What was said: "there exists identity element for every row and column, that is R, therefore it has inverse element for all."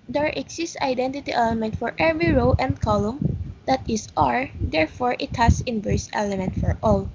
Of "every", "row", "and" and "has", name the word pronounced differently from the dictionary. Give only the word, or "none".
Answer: has